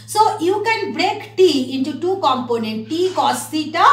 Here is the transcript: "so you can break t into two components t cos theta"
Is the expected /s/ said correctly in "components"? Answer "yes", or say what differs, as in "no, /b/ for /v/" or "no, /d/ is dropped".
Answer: no, /s/ is dropped